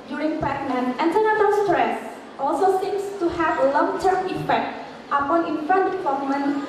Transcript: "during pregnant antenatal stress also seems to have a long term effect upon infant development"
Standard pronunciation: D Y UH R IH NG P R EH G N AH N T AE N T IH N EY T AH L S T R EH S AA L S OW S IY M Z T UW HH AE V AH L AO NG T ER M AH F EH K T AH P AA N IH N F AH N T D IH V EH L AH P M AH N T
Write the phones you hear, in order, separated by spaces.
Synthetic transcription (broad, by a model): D Y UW R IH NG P EH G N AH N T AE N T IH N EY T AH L S T R EH S AA L S OW S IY M S T UW HH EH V AH L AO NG T ER M AH F EH K T AH P AA N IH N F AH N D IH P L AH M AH N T